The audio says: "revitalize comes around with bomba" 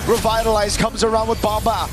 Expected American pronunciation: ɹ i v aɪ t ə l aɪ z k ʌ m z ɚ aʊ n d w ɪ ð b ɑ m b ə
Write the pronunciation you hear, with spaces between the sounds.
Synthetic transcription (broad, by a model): ɹ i v aɪ t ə l aɪ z k ʌ m z ɚ aʊ n d w ɪ ð b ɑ m b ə